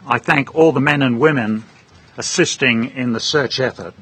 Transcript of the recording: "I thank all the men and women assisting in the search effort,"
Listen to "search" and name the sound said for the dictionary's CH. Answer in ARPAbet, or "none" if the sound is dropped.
CH